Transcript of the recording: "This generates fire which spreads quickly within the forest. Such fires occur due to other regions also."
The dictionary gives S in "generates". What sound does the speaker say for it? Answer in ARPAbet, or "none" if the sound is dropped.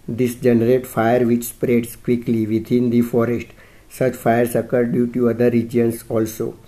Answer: none